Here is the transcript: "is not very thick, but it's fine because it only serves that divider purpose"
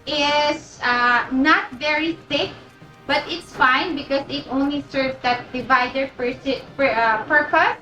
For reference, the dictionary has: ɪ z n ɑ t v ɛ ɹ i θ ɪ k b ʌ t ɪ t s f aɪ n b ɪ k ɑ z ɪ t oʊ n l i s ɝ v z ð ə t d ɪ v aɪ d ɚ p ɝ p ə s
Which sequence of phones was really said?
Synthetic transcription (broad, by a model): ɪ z n ɑ t v ɛ ɹ i s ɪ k b ʌ t ɪ t s f aɪ n b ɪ k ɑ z ɪ t oʊ n l i s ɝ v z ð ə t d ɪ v aɪ d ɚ p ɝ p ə s